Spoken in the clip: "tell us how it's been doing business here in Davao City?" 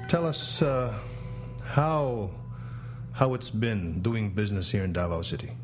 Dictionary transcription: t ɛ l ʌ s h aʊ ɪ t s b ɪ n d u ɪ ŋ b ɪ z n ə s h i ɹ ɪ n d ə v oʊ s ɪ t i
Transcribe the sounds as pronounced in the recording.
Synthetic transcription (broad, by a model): t ɛ l ʌ s h aʊ ɪ t s b ɪ n d u ɪ ŋ b ɪ z n ə s h i ɹ ɪ n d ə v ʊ s ɪ t i